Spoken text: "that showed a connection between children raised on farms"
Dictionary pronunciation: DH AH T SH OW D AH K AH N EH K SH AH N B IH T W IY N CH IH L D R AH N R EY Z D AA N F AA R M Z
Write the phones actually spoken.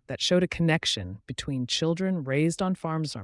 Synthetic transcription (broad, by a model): DH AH T SH OW D AH K AH N EH K SH AH N B IH T W IY N CH IH L D R AH N R EY Z D N F AA R M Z